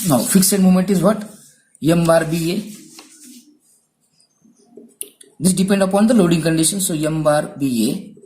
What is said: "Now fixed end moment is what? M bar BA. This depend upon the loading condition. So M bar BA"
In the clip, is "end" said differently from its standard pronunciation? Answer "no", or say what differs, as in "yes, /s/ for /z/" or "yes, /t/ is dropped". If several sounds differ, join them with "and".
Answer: yes, /n/ is dropped